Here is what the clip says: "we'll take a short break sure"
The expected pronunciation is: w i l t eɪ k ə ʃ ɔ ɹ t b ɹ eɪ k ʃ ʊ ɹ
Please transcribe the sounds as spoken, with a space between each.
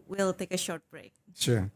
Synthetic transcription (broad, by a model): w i l t eɪ k ə ʃ ɔ ɹ t b ɹ eɪ k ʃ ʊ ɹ